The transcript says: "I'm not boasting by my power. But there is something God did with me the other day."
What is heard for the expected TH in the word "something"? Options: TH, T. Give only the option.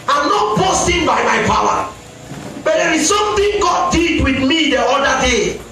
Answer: T